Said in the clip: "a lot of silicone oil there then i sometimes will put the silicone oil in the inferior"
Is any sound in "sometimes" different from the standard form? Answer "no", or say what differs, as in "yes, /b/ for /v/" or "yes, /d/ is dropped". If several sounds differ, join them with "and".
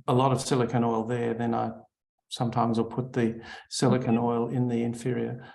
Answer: no